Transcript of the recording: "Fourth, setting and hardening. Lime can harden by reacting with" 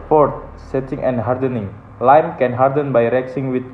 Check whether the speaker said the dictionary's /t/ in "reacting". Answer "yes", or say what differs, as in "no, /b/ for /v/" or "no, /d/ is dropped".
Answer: no, /s/ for /t/